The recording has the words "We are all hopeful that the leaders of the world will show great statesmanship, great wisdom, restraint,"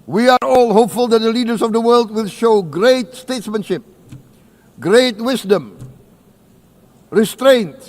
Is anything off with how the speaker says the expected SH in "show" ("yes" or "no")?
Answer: no